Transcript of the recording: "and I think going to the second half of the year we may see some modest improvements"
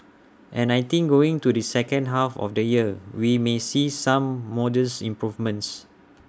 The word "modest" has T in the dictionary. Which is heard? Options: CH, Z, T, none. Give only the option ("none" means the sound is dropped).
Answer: none